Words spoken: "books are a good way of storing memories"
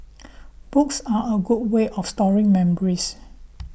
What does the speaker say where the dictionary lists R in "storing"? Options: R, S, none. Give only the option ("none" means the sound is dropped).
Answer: R